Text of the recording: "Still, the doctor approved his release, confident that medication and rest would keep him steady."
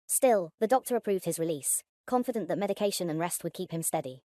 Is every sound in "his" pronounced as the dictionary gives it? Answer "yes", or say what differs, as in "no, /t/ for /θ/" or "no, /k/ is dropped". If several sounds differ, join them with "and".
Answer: yes